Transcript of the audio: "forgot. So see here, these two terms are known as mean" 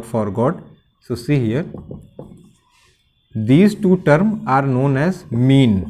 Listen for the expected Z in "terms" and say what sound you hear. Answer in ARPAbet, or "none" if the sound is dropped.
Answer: none